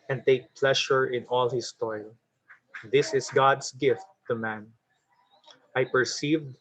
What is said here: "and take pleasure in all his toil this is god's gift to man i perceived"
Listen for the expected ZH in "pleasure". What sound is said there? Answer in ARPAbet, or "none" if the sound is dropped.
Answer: SH